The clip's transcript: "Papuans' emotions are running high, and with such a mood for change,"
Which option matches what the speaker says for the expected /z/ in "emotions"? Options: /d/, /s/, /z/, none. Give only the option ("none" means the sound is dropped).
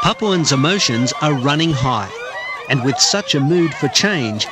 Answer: /z/